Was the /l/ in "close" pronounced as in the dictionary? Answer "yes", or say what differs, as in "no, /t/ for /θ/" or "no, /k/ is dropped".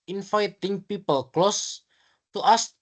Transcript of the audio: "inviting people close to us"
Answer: yes